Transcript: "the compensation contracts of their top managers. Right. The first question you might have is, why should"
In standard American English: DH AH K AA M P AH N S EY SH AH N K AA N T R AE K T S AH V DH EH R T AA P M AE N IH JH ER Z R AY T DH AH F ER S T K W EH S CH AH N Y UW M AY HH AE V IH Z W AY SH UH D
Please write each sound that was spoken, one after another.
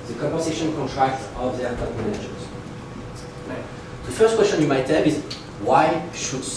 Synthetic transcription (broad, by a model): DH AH K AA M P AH S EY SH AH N K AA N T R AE K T AH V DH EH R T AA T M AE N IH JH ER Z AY DH AH F ER S T K W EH S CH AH N Y UW M AY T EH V IH Z W AY SH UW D